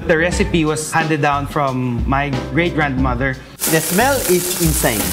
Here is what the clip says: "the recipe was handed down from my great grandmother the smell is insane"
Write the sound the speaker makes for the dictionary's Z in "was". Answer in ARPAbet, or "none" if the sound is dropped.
S